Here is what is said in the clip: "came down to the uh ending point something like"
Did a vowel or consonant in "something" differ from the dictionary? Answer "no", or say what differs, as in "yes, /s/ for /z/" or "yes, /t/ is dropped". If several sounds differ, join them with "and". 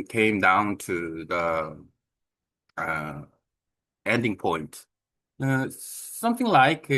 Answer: no